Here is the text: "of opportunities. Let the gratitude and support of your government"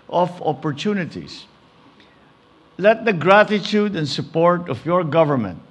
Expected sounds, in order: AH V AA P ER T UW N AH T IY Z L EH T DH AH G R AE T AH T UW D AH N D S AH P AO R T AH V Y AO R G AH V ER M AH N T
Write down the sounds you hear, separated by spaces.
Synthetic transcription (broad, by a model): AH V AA P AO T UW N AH T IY S L EH T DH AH G R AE T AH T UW D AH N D S AH P AO R T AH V Y AO R G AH V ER M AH N T